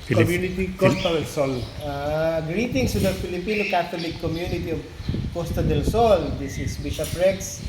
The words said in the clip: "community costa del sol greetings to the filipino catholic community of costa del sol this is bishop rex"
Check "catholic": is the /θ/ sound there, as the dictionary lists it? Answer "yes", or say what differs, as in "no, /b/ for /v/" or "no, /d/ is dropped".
no, /t/ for /θ/